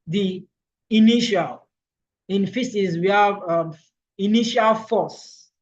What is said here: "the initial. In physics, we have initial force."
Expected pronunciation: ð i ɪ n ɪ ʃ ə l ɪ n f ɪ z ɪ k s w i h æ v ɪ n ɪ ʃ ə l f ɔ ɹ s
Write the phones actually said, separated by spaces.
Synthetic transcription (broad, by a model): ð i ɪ n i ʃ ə l ɪ n f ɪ s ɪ s w i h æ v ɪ n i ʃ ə l f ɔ s